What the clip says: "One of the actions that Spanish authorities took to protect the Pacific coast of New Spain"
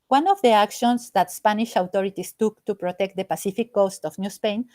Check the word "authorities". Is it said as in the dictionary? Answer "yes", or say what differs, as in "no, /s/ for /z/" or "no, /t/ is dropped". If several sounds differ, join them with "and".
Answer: no, /t/ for /θ/ and /s/ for /z/